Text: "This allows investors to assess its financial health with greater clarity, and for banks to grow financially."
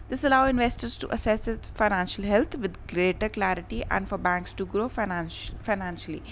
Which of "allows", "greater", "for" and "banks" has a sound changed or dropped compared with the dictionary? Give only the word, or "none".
allows